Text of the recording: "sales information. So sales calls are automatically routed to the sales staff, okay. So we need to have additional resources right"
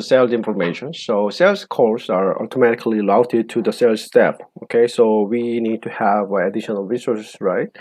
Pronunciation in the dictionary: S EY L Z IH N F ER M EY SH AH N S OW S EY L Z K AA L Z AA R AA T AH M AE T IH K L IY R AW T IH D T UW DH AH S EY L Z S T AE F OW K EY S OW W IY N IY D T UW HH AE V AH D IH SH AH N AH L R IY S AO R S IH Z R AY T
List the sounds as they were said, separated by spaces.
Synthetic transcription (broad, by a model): S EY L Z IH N F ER M EY SH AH N S OW S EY L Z K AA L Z AA R AA T AH M AE T IH K L IY L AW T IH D T UW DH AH S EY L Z S T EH P OW K EY S OW W IY N IY D T UW HH AE V AH D IH SH AH N AH L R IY S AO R S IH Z R AY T